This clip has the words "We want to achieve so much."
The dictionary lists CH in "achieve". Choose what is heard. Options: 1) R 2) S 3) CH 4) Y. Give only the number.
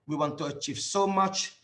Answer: 3